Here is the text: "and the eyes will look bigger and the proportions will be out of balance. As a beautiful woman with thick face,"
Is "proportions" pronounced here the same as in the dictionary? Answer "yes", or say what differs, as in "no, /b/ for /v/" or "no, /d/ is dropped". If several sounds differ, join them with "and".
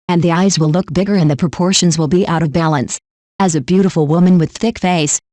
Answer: yes